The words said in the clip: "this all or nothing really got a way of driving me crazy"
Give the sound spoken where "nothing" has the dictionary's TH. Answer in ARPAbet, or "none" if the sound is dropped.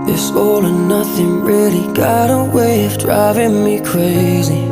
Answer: TH